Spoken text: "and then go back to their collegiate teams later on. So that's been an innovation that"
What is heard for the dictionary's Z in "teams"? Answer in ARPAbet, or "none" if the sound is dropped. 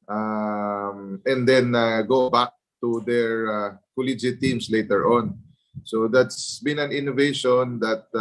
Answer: S